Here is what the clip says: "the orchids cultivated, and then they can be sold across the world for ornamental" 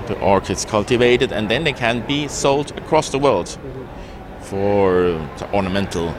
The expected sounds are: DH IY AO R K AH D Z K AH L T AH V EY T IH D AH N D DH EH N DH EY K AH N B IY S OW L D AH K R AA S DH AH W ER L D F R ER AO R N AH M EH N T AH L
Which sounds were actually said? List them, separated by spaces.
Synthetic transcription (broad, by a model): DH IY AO R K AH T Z K AH L T AH V EY T IH D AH N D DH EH N DH EY K AH N B IY S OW L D AH K R AA S DH AH W ER L D F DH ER AO R N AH M EH N T L